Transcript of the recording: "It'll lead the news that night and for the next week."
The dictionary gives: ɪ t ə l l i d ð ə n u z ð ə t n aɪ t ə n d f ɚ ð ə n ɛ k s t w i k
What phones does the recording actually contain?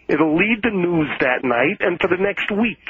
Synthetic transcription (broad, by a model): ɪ t l l i d ð ə n u z ð ə t n aɪ t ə n f ɚ ð ə n ɛ k s t w i k